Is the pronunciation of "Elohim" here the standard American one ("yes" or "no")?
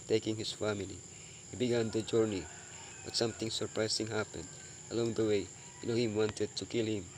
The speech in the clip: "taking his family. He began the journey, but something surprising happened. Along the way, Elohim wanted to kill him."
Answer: no